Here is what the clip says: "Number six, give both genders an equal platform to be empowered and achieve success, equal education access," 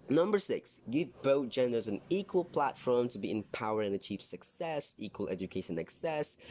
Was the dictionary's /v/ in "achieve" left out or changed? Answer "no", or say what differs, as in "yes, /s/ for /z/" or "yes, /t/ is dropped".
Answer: yes, /p/ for /v/